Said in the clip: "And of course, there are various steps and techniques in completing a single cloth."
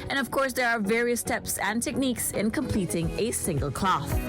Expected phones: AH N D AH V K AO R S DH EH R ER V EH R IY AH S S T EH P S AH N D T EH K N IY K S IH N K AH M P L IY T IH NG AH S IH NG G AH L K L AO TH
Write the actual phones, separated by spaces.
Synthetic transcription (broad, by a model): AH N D AH V K AO R S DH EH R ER V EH R IY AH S S T EH P S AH N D T EH K N IY K S IH N K AH M P L IY T IH NG AH S IH NG G AH L K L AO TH